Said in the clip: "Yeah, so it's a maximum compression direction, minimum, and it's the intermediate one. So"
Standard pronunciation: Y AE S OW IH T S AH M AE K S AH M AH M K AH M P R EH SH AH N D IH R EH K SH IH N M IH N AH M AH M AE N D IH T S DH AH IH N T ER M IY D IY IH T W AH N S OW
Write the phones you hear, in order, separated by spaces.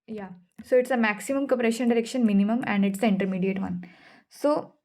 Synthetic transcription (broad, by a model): Y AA S OW IH T S AH M AE K S AH M AH M K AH P R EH SH AH N D IH R EH K SH IH N M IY N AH M AH M AE N D IH T S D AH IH N T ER M IY D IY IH T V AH N S OW